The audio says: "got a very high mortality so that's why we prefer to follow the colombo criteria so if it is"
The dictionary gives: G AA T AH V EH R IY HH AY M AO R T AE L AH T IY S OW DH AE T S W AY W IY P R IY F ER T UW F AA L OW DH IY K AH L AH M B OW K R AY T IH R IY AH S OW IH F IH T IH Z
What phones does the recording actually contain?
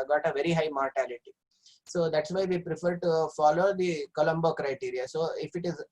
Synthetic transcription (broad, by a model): G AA T AH V EH R IY HH AY M AO R T AE L AH T IY S OW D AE T S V AY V IY P R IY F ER T UW F AA L OW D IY K AH L AH M B OW K R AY T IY R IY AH S OW IH F IH T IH Z